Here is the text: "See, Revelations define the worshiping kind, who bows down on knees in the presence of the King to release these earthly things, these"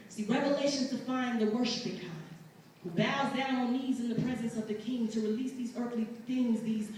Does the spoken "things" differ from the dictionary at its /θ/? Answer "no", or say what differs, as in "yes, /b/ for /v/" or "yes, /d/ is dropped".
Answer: no